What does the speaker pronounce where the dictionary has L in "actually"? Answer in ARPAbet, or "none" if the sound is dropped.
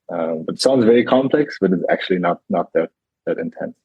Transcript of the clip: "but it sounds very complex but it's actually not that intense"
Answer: N